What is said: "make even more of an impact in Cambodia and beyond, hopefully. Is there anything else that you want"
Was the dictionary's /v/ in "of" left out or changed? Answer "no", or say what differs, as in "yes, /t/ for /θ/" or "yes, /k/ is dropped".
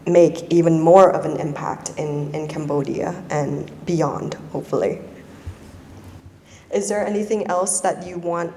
no